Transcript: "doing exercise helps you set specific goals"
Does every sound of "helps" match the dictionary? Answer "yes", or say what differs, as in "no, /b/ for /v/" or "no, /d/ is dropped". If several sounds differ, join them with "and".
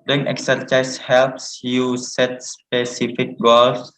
yes